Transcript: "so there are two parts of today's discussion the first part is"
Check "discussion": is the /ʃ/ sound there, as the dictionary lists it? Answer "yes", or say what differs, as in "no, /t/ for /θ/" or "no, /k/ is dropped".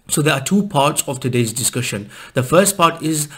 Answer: yes